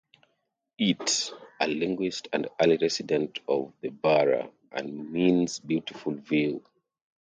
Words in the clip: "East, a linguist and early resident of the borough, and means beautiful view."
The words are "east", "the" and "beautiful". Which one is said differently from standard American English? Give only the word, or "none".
east